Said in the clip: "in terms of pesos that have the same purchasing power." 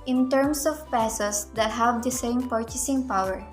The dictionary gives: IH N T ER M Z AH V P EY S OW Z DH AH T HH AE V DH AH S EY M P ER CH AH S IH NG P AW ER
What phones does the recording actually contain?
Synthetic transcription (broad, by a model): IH N T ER M S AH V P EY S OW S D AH T HH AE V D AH S EY M P ER CH AH S IH NG P AW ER